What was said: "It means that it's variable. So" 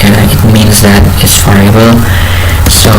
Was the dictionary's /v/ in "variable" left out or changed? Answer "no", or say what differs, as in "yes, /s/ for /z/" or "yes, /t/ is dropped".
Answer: yes, /f/ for /v/